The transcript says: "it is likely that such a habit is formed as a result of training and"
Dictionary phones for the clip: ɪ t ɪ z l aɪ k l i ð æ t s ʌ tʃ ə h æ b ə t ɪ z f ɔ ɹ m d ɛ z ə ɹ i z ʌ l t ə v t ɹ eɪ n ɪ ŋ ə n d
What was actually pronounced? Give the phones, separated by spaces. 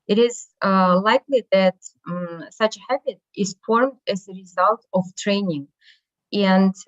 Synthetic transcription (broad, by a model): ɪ t ɪ z l aɪ k l i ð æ t s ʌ tʃ ə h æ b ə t ɪ z f ɔ ɹ m d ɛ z ə ɹ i z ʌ l t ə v t ɹ eɪ n ɪ ŋ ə n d